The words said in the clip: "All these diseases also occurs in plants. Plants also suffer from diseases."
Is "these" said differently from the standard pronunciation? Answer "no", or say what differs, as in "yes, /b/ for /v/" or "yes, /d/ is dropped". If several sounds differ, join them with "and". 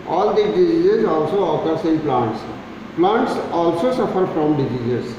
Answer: yes, /z/ is dropped